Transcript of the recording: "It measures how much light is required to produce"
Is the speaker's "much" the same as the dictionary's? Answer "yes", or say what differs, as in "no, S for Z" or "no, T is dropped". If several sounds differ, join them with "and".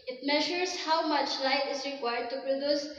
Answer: yes